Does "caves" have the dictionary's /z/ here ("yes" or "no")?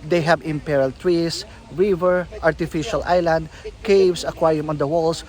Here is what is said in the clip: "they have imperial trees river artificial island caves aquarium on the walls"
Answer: no